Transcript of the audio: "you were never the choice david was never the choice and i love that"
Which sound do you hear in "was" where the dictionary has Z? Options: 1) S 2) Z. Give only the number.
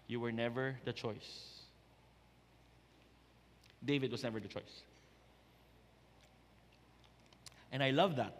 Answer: 1